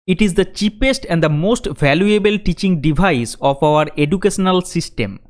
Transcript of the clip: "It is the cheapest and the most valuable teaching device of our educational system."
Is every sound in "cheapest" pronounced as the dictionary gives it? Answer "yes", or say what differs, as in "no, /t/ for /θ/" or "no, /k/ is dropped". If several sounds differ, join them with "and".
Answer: yes